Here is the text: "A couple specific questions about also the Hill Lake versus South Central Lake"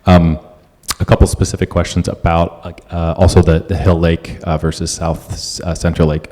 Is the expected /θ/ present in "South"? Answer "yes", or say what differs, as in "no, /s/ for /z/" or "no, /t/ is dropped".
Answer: yes